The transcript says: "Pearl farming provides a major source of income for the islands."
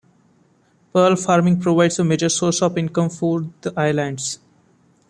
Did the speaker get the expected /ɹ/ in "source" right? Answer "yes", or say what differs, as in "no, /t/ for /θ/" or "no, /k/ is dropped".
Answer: yes